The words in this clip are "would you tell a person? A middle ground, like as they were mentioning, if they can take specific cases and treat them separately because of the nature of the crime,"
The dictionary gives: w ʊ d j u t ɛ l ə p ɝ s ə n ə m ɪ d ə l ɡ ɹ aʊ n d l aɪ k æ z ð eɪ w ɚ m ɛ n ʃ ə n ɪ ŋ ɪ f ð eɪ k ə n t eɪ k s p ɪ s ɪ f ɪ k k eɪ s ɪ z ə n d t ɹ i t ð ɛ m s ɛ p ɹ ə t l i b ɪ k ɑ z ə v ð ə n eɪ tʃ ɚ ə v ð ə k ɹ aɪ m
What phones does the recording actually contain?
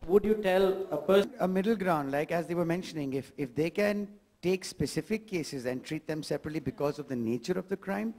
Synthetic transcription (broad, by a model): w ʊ d j u t ɛ l ə p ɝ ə ə m ɪ d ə l ɡ ɹ aʊ n d l aɪ k æ z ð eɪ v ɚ m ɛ n ʃ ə n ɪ ŋ ɪ f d eɪ k ə n t eɪ k s p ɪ s ɪ f ɪ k k eɪ s ɪ z ə n d t ɹ i t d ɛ m s ɛ p ɹ ə t l i b ɪ k ɑ z ə v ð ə n eɪ tʃ ɚ ə v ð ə k ɹ aɪ m